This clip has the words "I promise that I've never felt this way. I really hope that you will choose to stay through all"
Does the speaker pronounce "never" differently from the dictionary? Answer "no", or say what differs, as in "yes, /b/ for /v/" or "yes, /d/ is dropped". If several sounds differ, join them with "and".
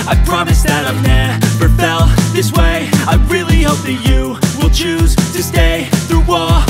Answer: yes, /b/ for /v/